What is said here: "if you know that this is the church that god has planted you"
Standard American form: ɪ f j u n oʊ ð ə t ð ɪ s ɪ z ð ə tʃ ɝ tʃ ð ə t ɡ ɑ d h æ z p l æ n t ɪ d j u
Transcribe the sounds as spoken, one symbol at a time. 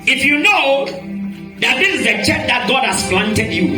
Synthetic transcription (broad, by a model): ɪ f j u n oʊ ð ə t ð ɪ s ɪ z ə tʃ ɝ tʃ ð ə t ɡ ɑ d h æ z f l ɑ n t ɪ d j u